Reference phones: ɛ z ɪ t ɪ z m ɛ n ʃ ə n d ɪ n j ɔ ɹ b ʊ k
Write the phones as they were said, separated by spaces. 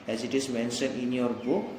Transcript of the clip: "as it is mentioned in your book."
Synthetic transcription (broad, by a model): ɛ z ɪ t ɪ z m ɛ n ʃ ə n ɪ n j ɔ ɹ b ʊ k